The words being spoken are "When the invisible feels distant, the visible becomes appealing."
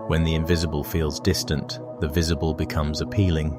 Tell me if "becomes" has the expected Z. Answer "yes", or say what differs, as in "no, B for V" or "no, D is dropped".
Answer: yes